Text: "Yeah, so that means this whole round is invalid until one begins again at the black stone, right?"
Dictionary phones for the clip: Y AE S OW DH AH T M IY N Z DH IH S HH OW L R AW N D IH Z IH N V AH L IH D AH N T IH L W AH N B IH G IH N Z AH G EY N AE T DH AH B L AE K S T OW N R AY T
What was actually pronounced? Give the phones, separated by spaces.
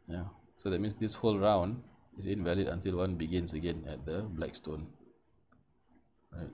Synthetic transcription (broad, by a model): Y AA S OW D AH T M IY N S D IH S HH OW L R AW N D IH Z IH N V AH L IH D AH N T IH L W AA N B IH G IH N S AH G EY N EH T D AH B L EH K S T OW N R AY T